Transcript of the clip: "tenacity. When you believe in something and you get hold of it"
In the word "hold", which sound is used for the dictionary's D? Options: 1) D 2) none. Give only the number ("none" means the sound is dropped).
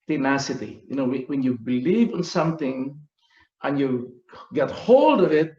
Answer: 1